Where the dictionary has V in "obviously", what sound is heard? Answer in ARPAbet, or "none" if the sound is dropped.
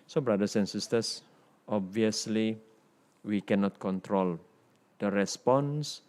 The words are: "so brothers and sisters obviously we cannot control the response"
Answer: V